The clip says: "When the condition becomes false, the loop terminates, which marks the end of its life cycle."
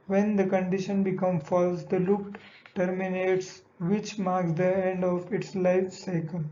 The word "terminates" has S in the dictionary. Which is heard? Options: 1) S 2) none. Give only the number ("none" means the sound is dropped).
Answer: 1